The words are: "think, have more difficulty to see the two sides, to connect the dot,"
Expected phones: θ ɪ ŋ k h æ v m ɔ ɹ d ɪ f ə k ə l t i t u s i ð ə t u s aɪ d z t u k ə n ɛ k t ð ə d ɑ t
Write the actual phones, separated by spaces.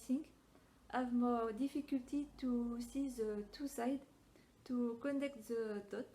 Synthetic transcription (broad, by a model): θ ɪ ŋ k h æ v m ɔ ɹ d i f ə k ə l t i t u s i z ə t u s aɪ d t u k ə n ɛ k t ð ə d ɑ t